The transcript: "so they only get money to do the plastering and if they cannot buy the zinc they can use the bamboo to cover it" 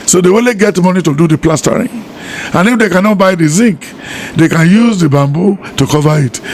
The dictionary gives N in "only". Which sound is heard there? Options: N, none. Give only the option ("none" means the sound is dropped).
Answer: none